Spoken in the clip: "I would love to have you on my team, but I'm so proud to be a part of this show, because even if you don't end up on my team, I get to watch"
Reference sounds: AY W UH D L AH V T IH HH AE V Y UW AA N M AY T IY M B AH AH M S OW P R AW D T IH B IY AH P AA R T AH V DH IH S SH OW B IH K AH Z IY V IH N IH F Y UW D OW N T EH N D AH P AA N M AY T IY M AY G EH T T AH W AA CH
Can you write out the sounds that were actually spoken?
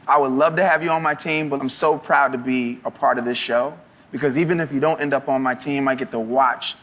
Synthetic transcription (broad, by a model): AY W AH D L AH V T IH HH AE V Y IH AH N M AY T IY M B AH AH M S OW P R AW D T IH B IY AH P AA R T AH V DH IH S SH OW B IH K AH Z IY V IH N IH F Y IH D OW N T EH N D AH P N M AY T IY M AY G EH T T AH W AA CH